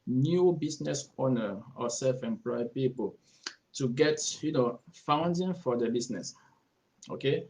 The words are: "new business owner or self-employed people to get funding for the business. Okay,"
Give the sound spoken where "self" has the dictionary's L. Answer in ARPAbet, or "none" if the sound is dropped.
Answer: L